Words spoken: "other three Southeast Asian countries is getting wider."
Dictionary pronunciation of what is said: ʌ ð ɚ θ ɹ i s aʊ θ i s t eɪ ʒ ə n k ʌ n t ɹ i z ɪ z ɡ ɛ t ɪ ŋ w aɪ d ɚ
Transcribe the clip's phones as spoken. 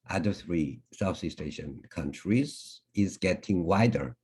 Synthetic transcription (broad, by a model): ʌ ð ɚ θ ɹ i s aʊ s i s t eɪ ʃ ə n k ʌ n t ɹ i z ɪ z ɡ ɛ t ɪ ŋ w aɪ d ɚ